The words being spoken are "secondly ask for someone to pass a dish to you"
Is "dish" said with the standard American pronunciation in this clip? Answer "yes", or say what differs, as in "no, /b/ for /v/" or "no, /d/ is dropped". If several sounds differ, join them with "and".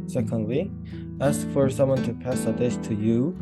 no, /s/ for /ʃ/